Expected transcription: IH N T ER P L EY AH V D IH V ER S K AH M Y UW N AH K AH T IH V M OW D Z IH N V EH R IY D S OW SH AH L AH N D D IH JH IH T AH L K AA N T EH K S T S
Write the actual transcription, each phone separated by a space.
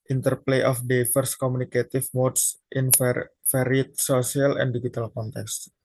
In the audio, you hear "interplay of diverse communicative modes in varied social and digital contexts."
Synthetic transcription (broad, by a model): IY N T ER P L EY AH F D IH F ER S K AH M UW N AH K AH T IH F M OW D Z IH N F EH R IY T S OW S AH L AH N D D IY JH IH T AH L K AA N T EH K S S